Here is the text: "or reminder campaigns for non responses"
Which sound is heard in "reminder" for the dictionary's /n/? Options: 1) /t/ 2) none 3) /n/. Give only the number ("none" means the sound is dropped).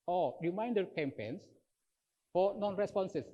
3